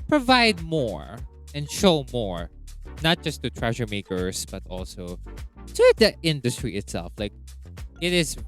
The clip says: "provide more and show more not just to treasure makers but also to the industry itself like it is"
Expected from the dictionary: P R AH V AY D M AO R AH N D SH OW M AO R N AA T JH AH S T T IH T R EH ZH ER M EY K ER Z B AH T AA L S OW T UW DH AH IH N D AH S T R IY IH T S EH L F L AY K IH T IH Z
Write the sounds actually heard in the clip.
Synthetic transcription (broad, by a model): P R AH V AY D M AO R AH N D SH OW M AO R N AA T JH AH S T T IH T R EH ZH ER M EY K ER S B AH T AA L S OW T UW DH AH IH N D AH S T R IY IH T S EH L F L AY K IH T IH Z